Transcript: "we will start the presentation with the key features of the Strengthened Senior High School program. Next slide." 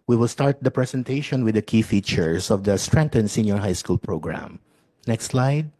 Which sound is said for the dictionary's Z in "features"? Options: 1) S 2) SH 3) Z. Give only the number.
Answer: 1